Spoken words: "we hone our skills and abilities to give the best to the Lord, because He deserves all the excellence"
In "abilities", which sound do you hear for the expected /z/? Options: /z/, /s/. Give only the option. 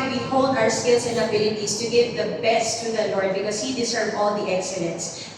/s/